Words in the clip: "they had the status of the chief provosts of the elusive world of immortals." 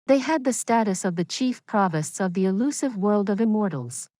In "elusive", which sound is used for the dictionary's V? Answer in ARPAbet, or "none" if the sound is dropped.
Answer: V